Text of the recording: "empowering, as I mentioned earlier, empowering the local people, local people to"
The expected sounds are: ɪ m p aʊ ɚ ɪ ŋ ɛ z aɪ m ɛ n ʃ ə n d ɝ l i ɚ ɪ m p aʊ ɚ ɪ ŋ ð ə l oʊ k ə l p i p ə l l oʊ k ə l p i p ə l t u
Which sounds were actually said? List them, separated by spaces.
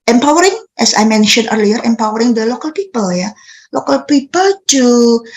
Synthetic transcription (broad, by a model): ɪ m p aʊ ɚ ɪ ŋ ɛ s aɪ m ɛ n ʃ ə n ɝ l i ɚ ɪ m p aʊ ɚ ɪ ŋ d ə l oʊ k ə l p i p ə l l oʊ k ə l p i p ə l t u